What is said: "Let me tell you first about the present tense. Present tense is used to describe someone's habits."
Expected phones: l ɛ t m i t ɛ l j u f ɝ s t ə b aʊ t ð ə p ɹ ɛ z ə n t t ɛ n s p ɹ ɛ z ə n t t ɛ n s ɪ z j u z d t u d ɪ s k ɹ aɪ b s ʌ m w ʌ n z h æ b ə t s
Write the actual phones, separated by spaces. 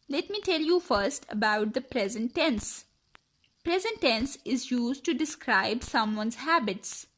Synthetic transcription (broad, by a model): l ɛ t m i t ɛ l j u f ɝ s t ə b aʊ t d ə p ɹ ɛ z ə n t t ɛ n s p ɹ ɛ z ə n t t ɛ n s ɪ z j u z d t u d ɪ s k ɹ aɪ b s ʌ m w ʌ n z h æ b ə t s